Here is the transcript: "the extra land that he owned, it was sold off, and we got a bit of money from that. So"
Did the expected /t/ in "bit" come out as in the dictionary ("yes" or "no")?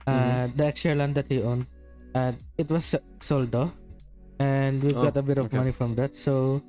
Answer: yes